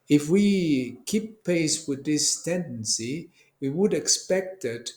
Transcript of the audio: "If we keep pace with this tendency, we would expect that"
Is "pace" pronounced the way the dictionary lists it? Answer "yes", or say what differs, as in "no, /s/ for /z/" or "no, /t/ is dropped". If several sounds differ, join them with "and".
yes